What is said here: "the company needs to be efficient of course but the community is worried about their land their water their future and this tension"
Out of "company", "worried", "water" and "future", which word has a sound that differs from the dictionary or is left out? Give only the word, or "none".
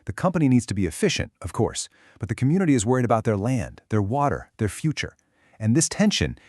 none